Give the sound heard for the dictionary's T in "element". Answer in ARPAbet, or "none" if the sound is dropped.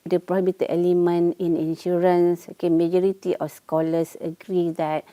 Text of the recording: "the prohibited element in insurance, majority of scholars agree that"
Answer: none